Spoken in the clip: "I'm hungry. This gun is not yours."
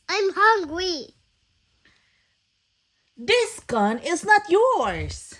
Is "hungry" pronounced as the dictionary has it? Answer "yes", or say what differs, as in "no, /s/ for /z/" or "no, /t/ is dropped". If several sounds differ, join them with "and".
no, /w/ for /ɹ/